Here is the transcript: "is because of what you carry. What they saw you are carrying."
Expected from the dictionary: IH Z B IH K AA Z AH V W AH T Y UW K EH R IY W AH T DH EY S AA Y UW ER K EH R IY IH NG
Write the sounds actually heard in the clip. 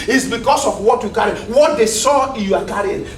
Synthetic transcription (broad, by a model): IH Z B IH K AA S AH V W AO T Y UW K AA R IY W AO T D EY S AA Y UW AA K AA R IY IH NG